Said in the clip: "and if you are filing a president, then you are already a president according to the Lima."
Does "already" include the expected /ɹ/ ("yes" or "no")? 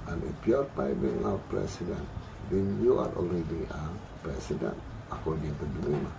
no